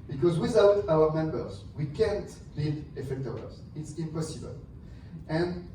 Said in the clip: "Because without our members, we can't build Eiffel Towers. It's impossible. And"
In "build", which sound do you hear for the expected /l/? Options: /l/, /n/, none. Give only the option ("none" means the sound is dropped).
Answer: none